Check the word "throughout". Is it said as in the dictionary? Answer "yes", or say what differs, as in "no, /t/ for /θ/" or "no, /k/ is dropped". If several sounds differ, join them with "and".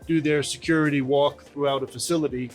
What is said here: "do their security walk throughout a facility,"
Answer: yes